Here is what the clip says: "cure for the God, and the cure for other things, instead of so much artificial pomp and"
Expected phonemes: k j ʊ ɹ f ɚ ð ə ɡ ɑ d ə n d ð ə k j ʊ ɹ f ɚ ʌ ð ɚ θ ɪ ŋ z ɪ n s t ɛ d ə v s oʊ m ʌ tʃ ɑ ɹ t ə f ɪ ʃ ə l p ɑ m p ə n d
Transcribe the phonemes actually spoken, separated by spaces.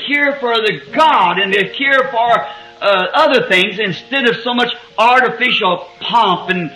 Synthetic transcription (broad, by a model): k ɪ ɹ f ɚ ð ə ɡ ɑ d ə n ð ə k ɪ ɹ f ɚ ʌ ð ɚ θ ɪ ŋ z ɪ n s t ɛ d ə v s oʊ m ʌ tʃ ɑ ɹ t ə f ɪ ʃ l p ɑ m p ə n